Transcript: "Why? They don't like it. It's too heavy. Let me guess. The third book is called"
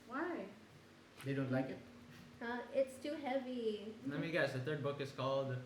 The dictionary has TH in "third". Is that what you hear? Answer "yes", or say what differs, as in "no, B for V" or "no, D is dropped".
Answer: no, T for TH